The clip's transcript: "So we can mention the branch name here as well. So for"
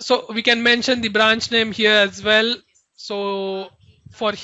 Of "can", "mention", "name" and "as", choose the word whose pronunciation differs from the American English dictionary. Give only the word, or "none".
none